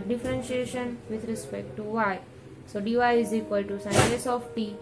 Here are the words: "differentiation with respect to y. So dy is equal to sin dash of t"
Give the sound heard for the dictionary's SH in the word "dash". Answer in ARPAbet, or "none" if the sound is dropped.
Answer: S